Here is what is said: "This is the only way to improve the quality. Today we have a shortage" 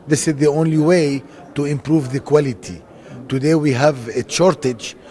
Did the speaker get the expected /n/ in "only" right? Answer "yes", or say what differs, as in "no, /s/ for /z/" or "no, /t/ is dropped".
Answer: yes